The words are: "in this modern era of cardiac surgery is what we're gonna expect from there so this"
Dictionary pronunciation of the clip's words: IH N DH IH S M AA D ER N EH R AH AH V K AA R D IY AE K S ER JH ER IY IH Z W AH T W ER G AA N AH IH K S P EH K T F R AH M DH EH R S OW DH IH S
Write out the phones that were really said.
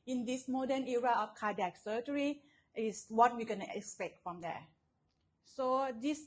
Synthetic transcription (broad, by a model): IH N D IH S M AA D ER N EH R AH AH F K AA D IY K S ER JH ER IY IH S W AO T W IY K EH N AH K S P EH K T F R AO M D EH S OW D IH S